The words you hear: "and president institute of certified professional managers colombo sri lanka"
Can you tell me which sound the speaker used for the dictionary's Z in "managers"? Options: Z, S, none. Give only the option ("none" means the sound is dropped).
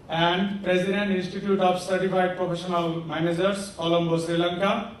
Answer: S